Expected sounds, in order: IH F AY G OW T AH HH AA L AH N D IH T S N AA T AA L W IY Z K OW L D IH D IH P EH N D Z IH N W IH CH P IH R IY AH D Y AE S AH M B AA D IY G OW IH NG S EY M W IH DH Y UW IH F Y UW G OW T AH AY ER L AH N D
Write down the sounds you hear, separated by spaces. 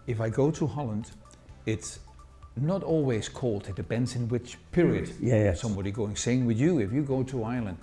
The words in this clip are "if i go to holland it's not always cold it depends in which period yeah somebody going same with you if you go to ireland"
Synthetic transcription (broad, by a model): IH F AY G OW T AH HH AA L AH N D IH T S N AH T AA L W IY Z K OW L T IH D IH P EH N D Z IH N W IH CH P IH R IY AH D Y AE S AH M B AA D IY G OW IH NG S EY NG W IH DH Y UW IH F Y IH G OW T AH AY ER L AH N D